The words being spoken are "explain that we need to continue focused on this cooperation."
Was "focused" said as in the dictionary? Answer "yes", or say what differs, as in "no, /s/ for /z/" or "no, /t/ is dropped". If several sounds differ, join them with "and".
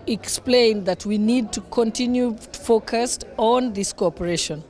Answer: yes